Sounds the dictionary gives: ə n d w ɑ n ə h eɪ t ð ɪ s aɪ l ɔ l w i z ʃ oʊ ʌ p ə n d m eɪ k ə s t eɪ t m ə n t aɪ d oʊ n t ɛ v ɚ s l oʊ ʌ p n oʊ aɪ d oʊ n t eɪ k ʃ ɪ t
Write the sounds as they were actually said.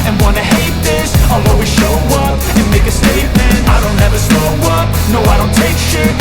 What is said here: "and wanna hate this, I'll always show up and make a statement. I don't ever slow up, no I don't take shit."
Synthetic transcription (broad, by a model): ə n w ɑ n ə h eɪ t ð ɪ s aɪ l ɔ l w i ʃ oʊ ʌ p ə n m eɪ k ə s t eɪ t m ə n t aɪ d oʊ n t ɛ v ɚ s oʊ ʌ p n oʊ aɪ d oʊ n t eɪ k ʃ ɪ